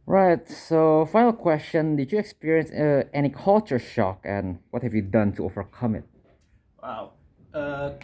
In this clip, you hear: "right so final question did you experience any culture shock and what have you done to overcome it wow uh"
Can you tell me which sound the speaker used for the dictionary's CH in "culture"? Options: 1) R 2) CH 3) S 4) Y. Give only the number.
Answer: 2